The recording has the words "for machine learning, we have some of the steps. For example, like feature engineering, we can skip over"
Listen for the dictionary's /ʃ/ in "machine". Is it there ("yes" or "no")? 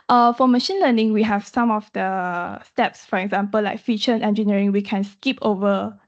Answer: yes